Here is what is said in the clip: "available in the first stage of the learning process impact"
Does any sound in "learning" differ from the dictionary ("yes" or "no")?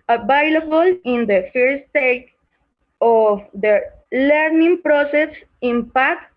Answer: no